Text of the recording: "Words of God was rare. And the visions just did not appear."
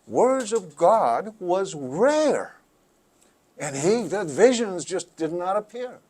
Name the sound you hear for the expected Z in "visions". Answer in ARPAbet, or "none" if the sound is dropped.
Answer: Z